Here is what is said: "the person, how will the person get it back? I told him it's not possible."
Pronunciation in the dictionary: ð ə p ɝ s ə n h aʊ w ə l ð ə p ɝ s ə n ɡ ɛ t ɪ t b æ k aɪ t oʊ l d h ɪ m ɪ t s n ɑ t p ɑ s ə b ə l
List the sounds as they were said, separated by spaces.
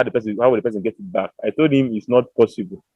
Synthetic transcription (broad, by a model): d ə p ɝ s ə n h aʊ w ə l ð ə p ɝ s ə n ɡ ɛ t ɪ t b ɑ k aɪ t oʊ l d h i m ɪ t s n ɑ t p ɑ s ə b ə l